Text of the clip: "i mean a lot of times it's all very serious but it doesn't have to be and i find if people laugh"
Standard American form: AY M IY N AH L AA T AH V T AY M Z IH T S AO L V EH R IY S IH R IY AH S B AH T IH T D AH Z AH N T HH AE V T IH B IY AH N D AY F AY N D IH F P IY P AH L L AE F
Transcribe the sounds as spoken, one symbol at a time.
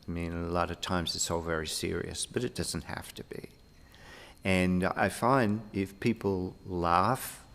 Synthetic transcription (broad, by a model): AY M IY N AH L AA T AH V T AY M Z IH T S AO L V EH R IY S IH R IY AH S B AH T IH T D AH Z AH N T HH AE F T IH B IY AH N AY F AY N D IH F P IY P L L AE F